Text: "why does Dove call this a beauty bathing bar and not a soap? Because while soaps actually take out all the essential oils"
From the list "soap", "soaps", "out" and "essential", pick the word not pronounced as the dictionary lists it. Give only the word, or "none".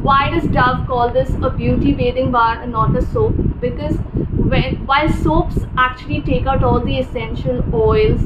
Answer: none